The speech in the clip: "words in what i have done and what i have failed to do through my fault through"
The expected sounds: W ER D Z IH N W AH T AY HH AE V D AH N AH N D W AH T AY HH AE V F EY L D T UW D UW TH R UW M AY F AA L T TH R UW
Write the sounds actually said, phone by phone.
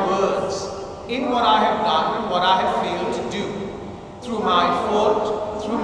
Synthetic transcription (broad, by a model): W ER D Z IH N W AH T AY HH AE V D AH N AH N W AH T AY HH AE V F EY L D T UW D UW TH R UW M AY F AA T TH R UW